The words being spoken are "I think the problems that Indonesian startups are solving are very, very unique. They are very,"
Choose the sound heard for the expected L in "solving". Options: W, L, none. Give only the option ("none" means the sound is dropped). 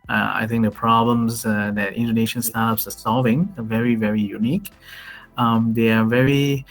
L